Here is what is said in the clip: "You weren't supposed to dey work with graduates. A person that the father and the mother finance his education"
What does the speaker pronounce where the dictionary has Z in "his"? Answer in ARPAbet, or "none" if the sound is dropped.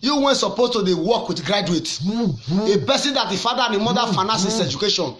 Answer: S